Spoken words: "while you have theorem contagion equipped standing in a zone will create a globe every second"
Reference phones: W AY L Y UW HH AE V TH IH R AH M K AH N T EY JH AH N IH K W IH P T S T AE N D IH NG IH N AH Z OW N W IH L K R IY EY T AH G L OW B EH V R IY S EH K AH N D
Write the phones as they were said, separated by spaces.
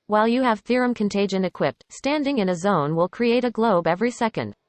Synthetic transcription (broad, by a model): W AY L Y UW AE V TH IH R AH M K AH N T EY JH AH N IH K W IH P T S T AE N D IH NG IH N AH Z OW N W IH L K R IY EY T AH G L OW B EH V R IY S EH K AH N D